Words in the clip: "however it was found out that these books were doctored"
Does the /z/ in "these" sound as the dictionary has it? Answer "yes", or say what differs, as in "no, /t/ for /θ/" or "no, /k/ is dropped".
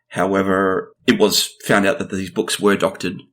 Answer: yes